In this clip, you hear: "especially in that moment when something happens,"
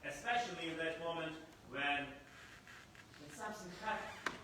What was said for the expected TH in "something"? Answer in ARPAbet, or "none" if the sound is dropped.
S